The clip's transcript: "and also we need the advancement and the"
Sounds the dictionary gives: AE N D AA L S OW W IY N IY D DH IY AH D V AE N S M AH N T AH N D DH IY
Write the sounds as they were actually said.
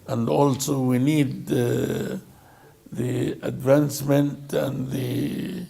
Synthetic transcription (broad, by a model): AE N D AA L S OW W IY N IY D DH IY AH D V AE N S M AH N T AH N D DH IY